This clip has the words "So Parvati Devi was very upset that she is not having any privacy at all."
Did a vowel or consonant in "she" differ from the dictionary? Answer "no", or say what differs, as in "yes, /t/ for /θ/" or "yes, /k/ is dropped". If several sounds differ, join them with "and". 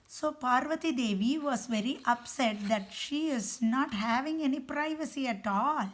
no